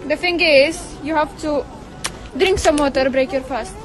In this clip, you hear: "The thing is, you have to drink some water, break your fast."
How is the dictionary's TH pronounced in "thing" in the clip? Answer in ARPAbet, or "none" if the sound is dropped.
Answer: F